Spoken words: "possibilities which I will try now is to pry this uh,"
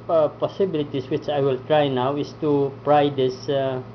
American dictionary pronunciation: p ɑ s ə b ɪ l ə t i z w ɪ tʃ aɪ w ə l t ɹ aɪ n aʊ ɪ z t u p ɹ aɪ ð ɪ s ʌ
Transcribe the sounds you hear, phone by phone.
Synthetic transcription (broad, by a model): p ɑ s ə b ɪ l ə t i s w ɪ tʃ aɪ w ə l t ɹ aɪ n aʊ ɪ s t u p ɹ aɪ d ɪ s